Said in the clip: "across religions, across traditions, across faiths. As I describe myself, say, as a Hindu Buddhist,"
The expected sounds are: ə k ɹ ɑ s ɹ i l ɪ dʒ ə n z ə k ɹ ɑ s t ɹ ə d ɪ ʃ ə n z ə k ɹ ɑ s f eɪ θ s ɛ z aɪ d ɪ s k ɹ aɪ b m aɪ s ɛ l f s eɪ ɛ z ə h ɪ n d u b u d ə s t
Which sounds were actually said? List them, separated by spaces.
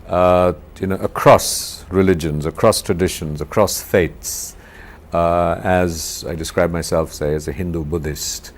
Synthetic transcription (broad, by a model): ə k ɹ ɑ s ɹ i l ɪ dʒ ə n z ə k ɹ ɑ s t ɹ ə d ɪ ʃ ə n z ə k ɹ ɑ s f eɪ t s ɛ z aɪ d ɪ s k ɹ aɪ b m aɪ s ɛ l f s eɪ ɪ z ə h ɪ n d u b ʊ d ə s t